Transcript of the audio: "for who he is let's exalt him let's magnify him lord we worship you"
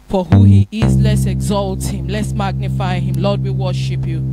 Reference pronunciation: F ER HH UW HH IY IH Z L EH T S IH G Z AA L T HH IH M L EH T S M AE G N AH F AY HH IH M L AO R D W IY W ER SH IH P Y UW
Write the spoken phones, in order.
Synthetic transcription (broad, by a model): F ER HH UW HH IY IH Z L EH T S IH G Z AA L T HH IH M L EH T S M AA G N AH F AY HH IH M L AO D W IY W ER SH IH P Y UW